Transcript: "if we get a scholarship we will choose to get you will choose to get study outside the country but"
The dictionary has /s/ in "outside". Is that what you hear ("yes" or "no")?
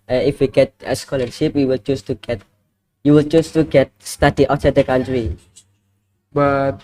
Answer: no